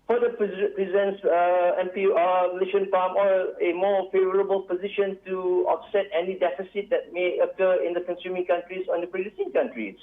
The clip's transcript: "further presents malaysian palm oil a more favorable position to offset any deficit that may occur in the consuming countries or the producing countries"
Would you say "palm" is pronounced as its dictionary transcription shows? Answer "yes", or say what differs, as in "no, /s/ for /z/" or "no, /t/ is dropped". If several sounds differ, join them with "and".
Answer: no, /f/ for /p/